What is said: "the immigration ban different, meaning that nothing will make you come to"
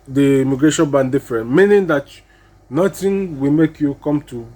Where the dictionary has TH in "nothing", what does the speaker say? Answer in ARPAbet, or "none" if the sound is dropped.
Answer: T